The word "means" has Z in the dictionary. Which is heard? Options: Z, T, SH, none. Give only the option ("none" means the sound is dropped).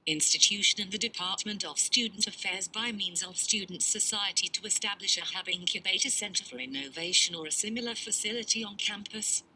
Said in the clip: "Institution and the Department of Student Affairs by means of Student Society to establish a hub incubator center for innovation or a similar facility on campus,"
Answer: Z